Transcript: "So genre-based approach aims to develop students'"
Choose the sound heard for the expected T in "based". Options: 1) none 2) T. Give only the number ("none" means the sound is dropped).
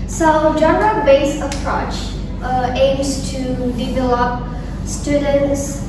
1